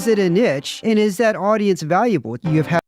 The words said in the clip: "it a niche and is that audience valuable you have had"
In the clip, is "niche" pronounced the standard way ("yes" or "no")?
yes